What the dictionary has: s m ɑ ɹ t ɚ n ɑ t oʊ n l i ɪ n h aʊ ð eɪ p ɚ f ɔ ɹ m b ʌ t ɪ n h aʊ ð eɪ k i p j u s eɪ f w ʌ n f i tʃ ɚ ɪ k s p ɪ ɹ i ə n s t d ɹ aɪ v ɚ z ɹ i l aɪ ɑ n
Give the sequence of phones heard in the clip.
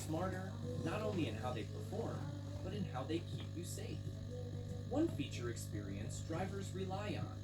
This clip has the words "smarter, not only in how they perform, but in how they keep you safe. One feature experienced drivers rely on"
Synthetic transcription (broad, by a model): s m ɑ ɹ t ɚ n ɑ t oʊ n l i ɪ n h aʊ ð eɪ p ɚ f ɔ ɹ m b ʌ t ɪ n h aʊ ð eɪ k i p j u s eɪ f w ʌ n f i tʃ ɚ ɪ k s p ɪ ɹ i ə n s d ɹ aɪ v ɚ z ɹ i l aɪ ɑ n